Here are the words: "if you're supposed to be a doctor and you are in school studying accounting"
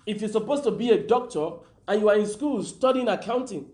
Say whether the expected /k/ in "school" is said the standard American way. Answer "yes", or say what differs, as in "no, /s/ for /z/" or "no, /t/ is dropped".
yes